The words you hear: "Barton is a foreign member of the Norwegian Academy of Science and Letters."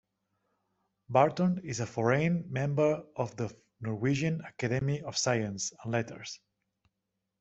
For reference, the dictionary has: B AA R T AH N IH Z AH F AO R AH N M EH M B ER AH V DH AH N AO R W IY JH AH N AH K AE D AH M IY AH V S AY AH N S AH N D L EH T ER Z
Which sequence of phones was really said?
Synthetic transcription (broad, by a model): B AA R T AH N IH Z AH F AO R AH N M EH M B ER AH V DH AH N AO R W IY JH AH N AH K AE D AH M IY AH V S AY AH N S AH N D L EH T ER S